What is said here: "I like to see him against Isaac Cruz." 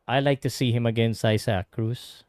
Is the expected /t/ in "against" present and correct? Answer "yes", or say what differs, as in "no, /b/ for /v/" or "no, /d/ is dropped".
no, /t/ is dropped